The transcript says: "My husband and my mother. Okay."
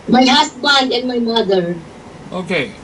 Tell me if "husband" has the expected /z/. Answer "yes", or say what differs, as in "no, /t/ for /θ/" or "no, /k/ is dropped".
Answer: no, /s/ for /z/